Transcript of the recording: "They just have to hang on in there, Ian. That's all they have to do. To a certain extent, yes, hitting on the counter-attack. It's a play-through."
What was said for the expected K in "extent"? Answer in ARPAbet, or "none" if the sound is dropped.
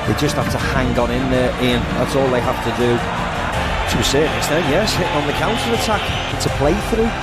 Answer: none